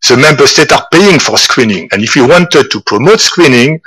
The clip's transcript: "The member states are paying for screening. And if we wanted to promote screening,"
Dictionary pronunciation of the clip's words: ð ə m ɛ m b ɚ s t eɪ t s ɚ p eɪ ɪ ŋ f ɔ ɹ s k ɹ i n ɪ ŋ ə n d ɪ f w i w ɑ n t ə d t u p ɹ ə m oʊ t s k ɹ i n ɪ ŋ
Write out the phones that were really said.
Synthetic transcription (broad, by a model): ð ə m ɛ m b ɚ s t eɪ t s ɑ p eɪ ɪ ŋ f ɔ ɹ s k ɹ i n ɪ ŋ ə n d ɪ f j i w ɑ n t ə d t u p ɹ ə m oʊ t s k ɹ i n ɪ ŋ